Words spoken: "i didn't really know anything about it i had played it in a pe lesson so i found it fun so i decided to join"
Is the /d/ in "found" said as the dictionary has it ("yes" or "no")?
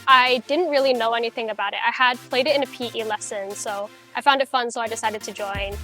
yes